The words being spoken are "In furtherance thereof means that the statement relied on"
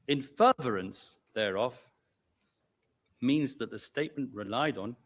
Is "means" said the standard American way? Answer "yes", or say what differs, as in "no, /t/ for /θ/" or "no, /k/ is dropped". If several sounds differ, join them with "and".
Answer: yes